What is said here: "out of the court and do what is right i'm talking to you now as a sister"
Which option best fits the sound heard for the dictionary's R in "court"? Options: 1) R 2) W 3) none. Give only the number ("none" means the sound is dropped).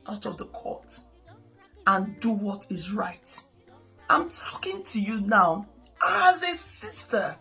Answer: 1